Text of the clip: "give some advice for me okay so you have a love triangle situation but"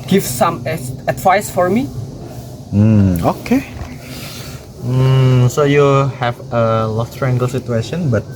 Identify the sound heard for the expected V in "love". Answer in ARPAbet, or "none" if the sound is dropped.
F